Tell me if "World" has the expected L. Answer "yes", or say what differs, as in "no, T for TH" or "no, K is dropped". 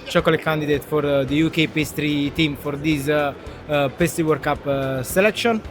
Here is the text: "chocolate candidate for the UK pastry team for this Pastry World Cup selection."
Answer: no, L is dropped